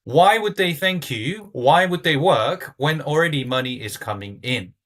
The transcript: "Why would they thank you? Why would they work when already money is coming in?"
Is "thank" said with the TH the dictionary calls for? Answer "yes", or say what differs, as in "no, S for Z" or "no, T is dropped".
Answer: yes